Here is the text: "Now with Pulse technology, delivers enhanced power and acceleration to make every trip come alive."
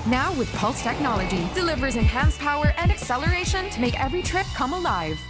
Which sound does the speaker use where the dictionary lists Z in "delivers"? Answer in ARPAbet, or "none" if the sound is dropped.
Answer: Z